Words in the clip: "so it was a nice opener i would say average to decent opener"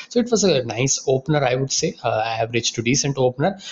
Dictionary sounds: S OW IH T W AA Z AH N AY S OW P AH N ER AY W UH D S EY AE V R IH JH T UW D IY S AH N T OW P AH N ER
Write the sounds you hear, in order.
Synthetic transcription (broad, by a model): S OW IH T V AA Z AH N AY S OW P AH N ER AY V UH D S EY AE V R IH JH T UW D IY S AH N T OW P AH N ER